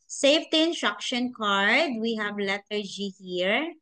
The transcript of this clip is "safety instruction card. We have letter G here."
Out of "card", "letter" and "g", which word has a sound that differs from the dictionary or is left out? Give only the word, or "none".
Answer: none